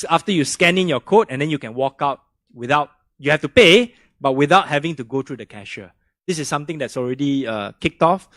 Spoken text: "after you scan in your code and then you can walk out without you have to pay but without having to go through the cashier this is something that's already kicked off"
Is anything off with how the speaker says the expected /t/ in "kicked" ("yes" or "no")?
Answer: no